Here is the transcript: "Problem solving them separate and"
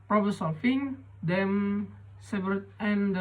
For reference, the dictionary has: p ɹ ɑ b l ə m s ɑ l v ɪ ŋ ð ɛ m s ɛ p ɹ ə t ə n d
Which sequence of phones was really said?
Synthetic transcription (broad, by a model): p ɹ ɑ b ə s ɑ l f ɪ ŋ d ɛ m s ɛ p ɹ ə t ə n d